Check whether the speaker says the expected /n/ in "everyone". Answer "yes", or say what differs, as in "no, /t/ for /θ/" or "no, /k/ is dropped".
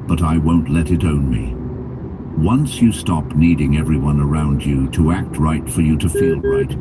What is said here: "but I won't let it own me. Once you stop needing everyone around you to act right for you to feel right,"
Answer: yes